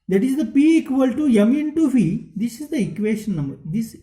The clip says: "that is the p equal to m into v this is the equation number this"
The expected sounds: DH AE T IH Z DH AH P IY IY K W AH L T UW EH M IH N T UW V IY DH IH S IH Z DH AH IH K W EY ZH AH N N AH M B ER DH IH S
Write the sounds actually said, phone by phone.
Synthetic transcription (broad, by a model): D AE T IH Z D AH P IY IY K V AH L T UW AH M IH N T UW F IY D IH S IH Z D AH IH K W EY SH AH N N AH M B ER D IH S